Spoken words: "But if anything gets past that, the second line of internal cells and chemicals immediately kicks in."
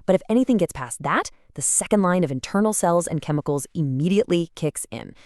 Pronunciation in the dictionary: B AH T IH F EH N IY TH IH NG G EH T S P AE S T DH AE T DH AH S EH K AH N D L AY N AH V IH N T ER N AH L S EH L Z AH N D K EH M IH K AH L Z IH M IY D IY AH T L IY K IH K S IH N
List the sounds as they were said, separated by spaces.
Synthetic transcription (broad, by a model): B AH T IH F EH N IY TH IH NG G EH T S P AE S DH AE T DH AH S EH K AH N D L AY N AH V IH N T ER N L S EH L Z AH N K EH M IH K L Z IH M IY D IY AH T L IY K IH K S IH N